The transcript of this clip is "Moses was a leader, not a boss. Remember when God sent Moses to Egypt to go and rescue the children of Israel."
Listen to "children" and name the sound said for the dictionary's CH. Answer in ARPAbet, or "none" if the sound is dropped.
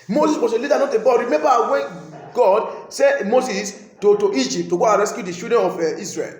SH